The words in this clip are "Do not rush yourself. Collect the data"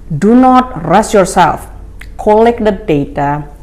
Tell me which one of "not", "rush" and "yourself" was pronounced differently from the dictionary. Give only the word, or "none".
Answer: rush